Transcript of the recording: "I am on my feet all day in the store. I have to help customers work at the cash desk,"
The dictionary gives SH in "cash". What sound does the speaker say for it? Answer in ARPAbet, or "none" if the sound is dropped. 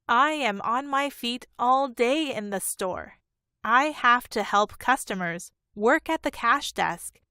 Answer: SH